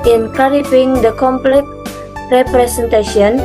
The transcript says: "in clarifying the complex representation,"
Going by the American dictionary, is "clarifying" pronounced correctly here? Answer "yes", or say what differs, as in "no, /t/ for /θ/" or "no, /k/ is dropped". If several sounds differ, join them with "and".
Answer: no, /l/ is dropped